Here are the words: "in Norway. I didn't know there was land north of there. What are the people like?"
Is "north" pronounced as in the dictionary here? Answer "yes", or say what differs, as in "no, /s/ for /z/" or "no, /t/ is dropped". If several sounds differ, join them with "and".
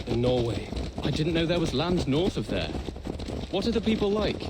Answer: yes